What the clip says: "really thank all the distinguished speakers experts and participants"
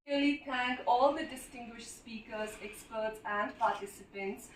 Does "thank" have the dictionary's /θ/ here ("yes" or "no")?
no